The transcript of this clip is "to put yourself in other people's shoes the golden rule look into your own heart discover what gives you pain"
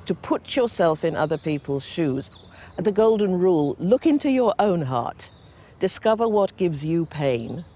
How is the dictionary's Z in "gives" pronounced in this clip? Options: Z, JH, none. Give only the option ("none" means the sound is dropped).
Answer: Z